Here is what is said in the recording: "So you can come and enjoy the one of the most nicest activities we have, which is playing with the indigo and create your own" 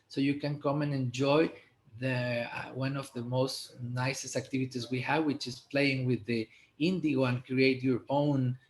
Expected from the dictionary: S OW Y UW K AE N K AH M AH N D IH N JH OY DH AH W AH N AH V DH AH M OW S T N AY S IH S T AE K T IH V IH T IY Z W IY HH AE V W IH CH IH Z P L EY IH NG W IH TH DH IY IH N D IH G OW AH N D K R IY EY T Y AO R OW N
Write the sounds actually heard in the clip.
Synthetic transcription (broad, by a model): S OW Y UW K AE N K AH M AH N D IH N JH OY DH AH W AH N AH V DH AH M OW S T N AY S IH S T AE K T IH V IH T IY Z W IY HH AE V W IH CH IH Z P L EY IH NG W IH DH IY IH N D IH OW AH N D K R IY EY T Y AO R OW N